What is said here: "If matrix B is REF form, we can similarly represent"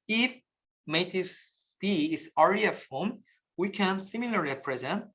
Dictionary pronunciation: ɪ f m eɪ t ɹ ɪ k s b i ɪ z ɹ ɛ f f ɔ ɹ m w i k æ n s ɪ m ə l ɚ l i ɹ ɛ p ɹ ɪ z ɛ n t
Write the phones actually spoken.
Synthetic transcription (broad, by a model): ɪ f m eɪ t ɪ s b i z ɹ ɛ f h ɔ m w i k æ n s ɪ m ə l l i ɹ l p ɹ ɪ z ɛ n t